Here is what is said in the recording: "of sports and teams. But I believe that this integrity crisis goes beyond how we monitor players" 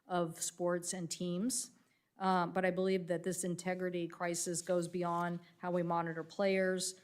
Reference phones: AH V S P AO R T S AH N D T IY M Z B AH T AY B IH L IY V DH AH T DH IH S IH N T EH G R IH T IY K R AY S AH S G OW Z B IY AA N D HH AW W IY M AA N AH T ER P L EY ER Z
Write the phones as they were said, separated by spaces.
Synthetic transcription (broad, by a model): AH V S P AO R T S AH N T IY M Z B AH T AY B IH L IY V DH AH T DH IH S IH N T EH G R IH T IY K R AY S AH S G OW Z B IY AA N D HH AW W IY M AA N AH T ER P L EY ER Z